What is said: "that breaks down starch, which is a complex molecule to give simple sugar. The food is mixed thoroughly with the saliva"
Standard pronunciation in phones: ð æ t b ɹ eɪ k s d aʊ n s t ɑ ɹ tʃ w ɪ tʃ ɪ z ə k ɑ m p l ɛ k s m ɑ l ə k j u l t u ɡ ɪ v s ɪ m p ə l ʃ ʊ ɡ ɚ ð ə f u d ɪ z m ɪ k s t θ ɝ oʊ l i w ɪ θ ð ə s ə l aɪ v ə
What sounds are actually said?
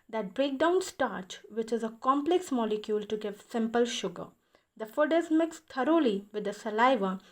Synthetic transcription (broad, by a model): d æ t b ɹ eɪ k d aʊ n s t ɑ ɹ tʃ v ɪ tʃ ɪ z ə k ɑ m p l ɛ k s m ɑ l ə k j u l t u ɡ ɪ v s ɪ m p ə l ʃ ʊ ɡ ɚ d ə f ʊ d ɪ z m ɪ k s t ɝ oʊ l i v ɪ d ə s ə l aɪ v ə